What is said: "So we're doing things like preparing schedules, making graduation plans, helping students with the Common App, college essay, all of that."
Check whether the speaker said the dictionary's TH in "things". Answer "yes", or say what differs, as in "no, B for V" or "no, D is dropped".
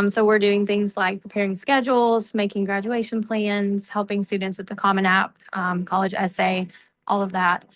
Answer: yes